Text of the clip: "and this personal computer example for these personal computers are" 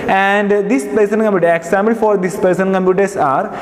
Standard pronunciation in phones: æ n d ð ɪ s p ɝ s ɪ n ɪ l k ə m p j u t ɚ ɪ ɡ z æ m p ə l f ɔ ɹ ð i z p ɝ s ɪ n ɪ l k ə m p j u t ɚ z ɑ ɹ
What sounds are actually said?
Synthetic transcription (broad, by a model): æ n d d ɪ s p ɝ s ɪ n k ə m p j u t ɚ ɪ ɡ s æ m b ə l f ɔ ɹ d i s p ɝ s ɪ n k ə m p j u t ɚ s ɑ ɹ